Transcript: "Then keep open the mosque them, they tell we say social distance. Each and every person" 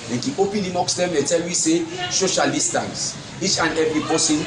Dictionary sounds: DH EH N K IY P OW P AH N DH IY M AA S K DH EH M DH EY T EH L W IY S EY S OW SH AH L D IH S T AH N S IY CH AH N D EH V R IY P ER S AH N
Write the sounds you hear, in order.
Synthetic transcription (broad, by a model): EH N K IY OW P AH N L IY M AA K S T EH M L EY T EH L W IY S EY S OW SH AH L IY S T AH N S IY CH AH N EH V R IY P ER S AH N